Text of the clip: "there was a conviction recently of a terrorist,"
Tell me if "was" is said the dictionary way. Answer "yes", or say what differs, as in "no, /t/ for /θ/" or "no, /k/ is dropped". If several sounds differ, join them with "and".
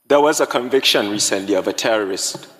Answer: yes